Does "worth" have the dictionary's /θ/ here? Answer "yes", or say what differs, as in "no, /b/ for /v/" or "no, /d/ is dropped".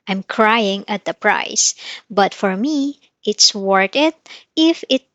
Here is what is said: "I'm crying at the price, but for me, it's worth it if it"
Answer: no, /t/ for /θ/